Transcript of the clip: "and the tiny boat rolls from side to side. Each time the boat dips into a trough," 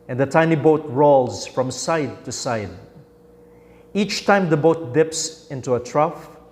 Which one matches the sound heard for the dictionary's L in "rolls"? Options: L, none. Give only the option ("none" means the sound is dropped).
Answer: L